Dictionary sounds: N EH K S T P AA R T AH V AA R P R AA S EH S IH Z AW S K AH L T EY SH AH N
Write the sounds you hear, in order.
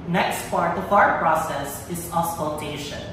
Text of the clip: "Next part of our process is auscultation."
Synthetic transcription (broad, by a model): N EH K S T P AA R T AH F AA R P R AA S EH S IH Z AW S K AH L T EY SH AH N